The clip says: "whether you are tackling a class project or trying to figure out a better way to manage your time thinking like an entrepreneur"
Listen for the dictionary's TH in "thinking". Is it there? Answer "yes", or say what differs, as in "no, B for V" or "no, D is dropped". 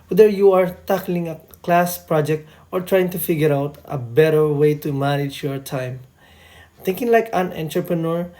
no, T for TH